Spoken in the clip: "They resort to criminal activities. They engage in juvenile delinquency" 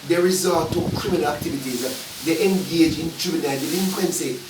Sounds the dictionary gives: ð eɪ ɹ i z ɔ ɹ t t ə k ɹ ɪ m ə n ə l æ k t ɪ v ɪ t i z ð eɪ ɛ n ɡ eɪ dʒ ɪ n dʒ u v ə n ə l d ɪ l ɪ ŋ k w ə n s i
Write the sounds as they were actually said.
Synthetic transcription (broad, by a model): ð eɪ ɹ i z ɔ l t t ə k ɹ ɪ m ə n ə l æ k t ɪ v ɪ t i z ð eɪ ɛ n ɡ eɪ dʒ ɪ n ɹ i b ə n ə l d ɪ l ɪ ŋ k w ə n s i